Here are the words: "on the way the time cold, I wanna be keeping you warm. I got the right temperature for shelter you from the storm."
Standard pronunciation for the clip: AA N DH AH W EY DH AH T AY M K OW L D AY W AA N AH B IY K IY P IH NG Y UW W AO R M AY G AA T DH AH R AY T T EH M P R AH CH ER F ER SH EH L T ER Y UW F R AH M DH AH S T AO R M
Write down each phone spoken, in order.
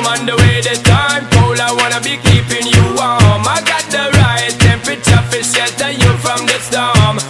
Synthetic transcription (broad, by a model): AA N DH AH W EY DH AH T AY M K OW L AY W AA N AH B IY K IY P IH NG Y UW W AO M AY G AA T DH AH R AY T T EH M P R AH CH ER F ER S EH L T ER Y UW F R AH M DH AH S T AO M